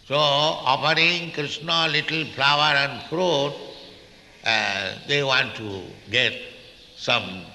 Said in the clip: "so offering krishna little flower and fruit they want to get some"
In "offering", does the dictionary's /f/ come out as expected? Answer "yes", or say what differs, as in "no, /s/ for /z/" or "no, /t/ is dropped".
no, /p/ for /f/